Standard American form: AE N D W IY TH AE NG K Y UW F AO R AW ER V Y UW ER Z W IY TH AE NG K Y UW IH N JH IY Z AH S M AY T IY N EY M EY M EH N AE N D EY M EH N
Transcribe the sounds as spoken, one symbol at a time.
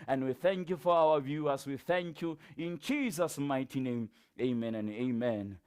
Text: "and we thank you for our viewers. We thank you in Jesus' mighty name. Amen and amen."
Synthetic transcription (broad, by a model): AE N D W IY TH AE NG K Y UW F AO R AW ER V Y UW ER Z W IY TH AE NG K Y UW IH N JH IY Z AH S M AY T IY N EY M EY M EH N N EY M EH N